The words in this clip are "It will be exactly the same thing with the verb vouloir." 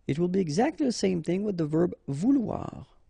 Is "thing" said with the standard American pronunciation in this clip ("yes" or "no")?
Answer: yes